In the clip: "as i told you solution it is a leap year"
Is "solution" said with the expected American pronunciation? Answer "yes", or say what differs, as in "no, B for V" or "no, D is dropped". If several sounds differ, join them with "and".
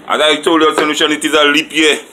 no, N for L